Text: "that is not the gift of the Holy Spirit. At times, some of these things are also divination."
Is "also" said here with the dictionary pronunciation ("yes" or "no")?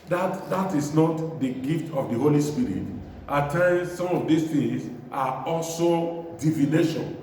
yes